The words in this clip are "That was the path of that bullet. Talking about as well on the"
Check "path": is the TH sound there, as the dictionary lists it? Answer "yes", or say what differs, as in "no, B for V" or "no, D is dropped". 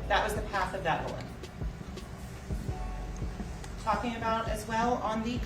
yes